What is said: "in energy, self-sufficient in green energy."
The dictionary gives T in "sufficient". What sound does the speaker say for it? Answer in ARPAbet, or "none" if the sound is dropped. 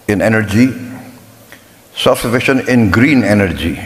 none